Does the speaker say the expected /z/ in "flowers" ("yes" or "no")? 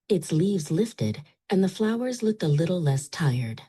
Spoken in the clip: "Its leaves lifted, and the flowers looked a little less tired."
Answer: yes